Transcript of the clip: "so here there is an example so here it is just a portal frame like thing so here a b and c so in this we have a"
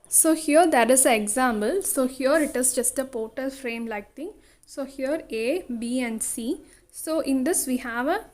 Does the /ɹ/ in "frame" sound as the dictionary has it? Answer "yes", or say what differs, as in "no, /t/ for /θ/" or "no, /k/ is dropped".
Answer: yes